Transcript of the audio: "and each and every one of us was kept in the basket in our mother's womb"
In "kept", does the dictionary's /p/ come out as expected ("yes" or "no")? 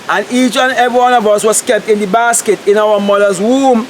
yes